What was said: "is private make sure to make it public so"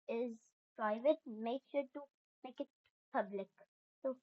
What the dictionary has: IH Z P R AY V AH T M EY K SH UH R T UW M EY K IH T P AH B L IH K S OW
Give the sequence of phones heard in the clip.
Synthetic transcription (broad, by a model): IH Z P R AY V AH T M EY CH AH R T UW M EY K IH T P AH B L IH K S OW